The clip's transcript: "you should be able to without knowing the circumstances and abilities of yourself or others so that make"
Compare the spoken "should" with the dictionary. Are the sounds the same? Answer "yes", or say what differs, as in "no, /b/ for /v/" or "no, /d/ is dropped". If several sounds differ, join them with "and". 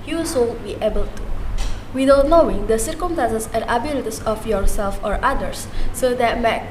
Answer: no, /s/ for /ʃ/